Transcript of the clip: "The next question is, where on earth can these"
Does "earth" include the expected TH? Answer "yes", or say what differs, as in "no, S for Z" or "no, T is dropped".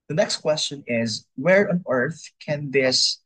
yes